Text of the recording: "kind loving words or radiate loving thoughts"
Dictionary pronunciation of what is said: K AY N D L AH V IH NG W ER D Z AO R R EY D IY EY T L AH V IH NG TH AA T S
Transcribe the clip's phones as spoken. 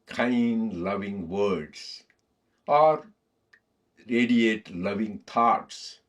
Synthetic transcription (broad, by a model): K AY N D L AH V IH NG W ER D S AO R R EY D IY EY T L AH V IH NG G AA T S